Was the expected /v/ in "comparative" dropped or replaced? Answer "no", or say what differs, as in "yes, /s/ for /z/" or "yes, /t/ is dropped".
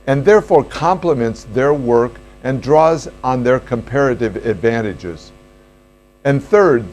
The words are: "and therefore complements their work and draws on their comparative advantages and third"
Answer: no